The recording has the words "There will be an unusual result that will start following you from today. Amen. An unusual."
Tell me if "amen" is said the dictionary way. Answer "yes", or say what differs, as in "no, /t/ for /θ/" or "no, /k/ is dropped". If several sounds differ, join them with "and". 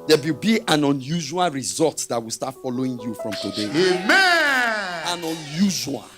no, /n/ is dropped